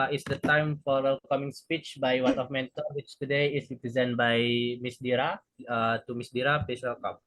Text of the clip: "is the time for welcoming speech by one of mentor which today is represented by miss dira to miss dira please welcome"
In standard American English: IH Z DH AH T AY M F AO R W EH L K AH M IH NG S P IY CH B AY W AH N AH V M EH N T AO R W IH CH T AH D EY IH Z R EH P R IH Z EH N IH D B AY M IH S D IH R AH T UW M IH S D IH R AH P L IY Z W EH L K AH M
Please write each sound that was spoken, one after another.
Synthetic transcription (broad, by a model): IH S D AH T AY M F AO R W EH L K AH M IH NG S P IY CH B AY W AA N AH F M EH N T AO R W IH CH T AH D EY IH S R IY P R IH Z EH N B AY M IH S D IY R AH T UW M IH S D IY R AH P IY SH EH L K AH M